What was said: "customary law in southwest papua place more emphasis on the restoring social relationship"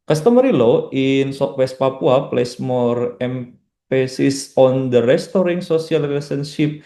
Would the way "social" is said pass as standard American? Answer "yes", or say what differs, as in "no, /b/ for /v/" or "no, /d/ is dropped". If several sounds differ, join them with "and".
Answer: no, /s/ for /ʃ/